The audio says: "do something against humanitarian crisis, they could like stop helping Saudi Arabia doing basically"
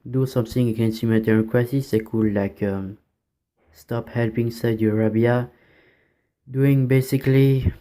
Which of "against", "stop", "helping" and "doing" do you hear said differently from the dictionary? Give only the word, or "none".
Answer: none